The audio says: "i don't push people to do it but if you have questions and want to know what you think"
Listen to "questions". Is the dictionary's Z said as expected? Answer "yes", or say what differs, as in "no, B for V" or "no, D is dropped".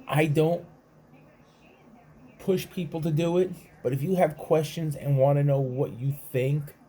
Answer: yes